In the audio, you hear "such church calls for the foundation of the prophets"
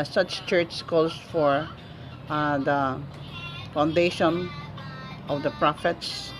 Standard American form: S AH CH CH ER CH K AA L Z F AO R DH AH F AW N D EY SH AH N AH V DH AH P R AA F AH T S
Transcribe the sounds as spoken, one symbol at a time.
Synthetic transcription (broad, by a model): S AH CH CH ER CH K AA Z F AO R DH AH F AW N D EY SH AH N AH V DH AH P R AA F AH T S